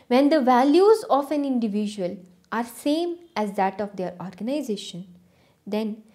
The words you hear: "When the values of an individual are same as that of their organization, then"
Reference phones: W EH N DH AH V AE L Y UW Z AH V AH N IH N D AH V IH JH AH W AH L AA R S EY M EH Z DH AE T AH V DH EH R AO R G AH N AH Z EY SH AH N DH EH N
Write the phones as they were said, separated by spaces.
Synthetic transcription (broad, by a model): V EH N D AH V AE L Y UW Z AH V AH N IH N D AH V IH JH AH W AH L AA R S EY M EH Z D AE T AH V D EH R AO R G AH N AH Z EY SH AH N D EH N